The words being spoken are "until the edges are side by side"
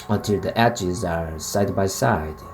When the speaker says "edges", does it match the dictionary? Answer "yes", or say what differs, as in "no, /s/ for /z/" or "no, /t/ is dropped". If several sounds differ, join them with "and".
no, /tʃ/ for /dʒ/